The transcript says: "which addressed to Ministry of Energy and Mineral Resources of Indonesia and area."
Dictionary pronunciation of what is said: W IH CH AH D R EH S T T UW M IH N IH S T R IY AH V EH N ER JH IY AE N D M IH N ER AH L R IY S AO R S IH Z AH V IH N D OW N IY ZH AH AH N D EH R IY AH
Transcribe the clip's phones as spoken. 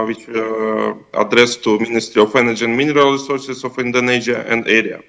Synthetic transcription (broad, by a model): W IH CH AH D R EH S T T UW M IH N IH S T R IY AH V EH N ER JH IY N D M IH N ER AH L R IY S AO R S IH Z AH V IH N D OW N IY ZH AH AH N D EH R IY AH